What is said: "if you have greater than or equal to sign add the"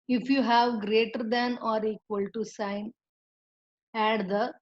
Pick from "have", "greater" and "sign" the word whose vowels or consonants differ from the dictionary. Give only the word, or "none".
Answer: none